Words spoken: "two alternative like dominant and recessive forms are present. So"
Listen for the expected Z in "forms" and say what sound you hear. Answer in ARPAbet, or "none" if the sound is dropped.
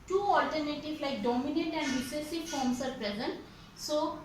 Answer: S